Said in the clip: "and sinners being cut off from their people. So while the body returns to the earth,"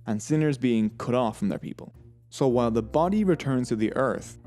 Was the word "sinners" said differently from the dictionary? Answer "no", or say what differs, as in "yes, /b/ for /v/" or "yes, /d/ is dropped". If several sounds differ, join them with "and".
no